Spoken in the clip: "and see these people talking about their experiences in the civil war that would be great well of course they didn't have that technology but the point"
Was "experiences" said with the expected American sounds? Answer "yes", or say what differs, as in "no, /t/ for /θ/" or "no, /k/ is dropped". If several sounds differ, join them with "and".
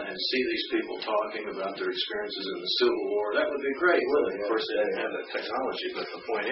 yes